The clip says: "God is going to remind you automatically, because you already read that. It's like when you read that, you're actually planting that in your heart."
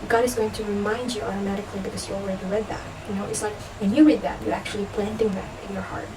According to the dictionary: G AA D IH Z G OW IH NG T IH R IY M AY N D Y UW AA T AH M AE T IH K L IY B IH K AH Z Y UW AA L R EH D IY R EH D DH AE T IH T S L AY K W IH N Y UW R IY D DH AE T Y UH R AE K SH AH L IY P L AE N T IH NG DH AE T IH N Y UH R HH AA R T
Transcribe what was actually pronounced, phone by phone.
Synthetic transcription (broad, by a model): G AA D IH Z G OW IH NG T IH R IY M AY N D Y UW AA T AH M AE T IH K L IY B IH K AH Z Y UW AA L R EH D IY R EH D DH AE T IH T S L AY K W IH N Y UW R IY D DH AE T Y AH R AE K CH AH L IY P L AE N T IH NG DH AE T IH N Y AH R HH AA R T